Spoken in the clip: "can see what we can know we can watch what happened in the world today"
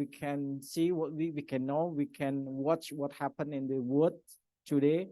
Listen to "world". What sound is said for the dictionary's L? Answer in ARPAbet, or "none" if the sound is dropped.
none